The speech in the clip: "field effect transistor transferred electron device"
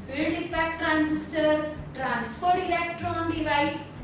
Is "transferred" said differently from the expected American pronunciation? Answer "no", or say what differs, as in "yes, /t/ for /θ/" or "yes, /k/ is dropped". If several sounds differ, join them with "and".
yes, /p/ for /f/